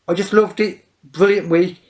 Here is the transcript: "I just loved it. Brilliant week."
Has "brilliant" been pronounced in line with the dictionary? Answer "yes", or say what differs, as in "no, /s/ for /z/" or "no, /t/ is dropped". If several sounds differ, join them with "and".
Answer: yes